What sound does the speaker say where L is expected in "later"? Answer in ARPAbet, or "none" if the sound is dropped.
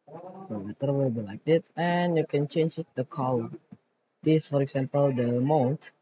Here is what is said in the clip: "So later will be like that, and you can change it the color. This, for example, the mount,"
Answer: W